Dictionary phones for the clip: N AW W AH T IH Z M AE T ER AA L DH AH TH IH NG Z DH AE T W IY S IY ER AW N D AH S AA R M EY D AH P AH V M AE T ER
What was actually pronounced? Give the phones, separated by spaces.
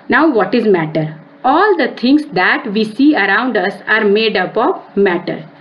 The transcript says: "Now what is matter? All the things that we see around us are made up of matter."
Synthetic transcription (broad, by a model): N AW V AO T IH Z M AE T ER AA L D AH T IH NG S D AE T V IY S IY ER AW N D AH S AA R M EY D AH P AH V M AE T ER